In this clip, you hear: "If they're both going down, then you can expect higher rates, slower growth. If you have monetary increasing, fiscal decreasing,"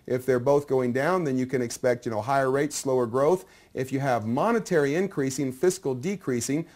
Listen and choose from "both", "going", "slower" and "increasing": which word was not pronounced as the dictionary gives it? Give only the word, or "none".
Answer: none